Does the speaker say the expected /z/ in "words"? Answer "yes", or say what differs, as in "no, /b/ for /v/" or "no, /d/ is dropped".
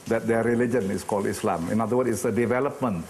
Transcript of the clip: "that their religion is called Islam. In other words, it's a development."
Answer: no, /z/ is dropped